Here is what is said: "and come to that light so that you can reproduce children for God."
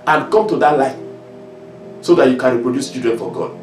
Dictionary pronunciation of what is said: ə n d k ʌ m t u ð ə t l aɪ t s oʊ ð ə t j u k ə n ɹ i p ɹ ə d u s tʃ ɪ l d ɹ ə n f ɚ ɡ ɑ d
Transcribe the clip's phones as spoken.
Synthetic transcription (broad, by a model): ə n k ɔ m t u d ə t l aɪ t s oʊ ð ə t j u k ə n ɹ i p ɹ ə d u s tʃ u d ə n f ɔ ɡ ɑ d